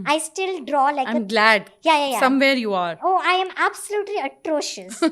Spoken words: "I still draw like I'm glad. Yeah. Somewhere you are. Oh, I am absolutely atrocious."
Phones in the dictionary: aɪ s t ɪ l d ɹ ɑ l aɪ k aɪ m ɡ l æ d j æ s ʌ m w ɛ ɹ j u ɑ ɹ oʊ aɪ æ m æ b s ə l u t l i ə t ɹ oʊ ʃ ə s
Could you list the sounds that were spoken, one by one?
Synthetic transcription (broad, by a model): aɪ s t ɪ l d ɹ ɑ l aɪ aɪ m ɡ l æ d j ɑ s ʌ m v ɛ ɹ j u ɑ ɹ oʊ aɪ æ m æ b s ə l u t l i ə t ɹ oʊ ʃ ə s